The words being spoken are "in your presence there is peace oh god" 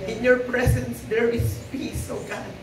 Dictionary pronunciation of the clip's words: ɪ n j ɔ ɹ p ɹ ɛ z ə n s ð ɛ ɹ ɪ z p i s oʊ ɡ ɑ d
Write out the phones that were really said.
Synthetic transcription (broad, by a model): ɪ n j ɔ ɹ p ɹ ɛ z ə n s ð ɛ ɹ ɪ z p i s oʊ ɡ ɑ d